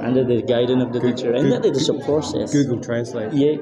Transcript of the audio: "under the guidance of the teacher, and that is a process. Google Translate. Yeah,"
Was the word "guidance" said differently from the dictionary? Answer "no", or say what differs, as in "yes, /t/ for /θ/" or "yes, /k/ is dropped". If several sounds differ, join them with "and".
yes, /s/ is dropped